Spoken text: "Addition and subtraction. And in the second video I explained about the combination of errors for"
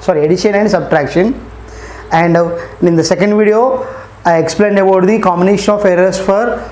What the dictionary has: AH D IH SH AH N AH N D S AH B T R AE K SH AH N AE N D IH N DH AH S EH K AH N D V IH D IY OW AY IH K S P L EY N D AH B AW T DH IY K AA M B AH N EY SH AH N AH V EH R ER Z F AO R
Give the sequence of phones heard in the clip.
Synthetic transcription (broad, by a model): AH D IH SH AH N AH N D S AH B T R AE K SH AH N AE N D IH N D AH S EH K AH N D V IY D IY OW AY IH K S P L EY N D AH B AW T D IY K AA M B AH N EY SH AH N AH F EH R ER S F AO R